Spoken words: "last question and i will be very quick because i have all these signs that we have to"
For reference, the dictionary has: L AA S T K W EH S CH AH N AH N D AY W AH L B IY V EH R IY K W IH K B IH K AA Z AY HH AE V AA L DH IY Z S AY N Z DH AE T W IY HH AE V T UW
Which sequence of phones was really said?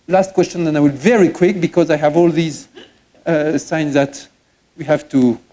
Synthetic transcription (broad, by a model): L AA S T K W EH S CH AH N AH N AY W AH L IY V EH R IY K W IH K B IH K AA Z AY HH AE V AA L DH IY Z S AY N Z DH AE T W IY HH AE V T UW